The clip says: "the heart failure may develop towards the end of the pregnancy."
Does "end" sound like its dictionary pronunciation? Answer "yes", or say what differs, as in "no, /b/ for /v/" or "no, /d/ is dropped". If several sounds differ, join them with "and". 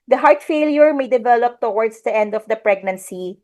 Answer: yes